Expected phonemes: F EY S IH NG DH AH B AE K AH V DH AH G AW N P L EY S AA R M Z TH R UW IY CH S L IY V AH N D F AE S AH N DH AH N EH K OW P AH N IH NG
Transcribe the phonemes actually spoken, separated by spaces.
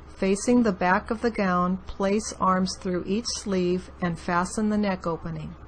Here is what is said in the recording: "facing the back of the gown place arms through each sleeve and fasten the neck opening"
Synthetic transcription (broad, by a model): F EY S IH NG DH AH B AE K AH V DH AH G AW N P L EY S AA R M Z TH R UW IY CH S L IY V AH N F AE S AH N DH AH N EH K OW P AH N IH NG